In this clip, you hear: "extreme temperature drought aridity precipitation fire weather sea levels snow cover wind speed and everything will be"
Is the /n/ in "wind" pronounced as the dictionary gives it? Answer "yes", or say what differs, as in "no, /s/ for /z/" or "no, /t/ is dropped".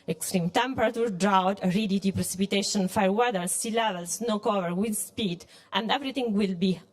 no, /n/ is dropped